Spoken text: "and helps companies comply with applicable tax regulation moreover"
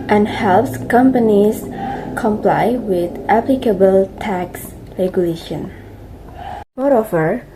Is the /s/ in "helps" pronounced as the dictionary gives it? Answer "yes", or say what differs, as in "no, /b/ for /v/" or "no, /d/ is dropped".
yes